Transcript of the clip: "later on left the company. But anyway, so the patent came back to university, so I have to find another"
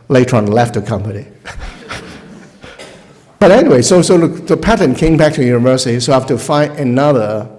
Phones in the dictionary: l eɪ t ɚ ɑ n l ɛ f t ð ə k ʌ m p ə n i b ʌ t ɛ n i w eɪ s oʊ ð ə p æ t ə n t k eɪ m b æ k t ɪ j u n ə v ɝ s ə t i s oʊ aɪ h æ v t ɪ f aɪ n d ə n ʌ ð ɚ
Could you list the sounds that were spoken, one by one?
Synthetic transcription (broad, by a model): l eɪ t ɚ ɑ n l ɛ f t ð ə k ʌ m p ə n i b ʌ t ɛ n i w eɪ s oʊ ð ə p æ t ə n k eɪ m b æ k t ɪ j u n ə v ɝ s ə t i s oʊ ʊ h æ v t ɪ f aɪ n ə n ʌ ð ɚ